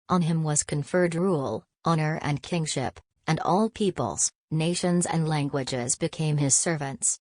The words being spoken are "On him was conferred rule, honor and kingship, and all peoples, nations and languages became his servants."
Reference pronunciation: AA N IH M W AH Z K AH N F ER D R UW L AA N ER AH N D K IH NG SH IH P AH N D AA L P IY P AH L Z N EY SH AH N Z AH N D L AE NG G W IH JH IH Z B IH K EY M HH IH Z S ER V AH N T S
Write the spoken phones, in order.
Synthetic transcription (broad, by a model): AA N IH M W AH Z K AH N F ER D R UW L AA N ER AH N K IH NG SH IH P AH N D AA L P IY P AH L Z N EY SH AH N Z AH N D L AE NG G W IH JH IH Z B IH K EY M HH IH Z S ER V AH N T S